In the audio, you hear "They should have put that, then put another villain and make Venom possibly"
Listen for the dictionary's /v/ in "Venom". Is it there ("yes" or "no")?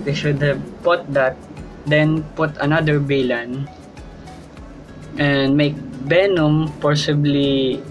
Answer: no